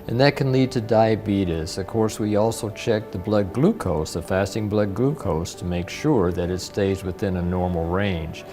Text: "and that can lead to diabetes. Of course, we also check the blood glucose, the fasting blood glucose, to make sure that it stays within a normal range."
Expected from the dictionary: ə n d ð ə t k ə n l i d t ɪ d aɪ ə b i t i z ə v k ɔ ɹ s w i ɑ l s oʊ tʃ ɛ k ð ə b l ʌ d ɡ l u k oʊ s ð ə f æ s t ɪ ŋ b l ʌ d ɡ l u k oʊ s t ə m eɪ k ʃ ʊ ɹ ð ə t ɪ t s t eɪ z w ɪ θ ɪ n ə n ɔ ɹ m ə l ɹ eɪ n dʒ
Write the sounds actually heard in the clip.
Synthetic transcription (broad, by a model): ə n ð ə t k ə n l i d t ɪ d aɪ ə b i t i s ə v k ɔ ɹ s w i ɑ l s oʊ tʃ ɛ k ð ə b l ʌ d ɡ l u k oʊ s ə f æ s t ɪ ŋ b l ʌ d ɡ l u k oʊ s t ə m eɪ k ʃ ʊ ɹ ð ə t ɪ t s t eɪ z w ɪ θ ɪ n ə n ɔ ɹ m l ɹ eɪ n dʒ